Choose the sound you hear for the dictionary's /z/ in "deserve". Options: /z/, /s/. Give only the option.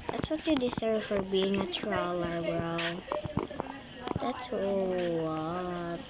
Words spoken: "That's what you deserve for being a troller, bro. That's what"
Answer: /s/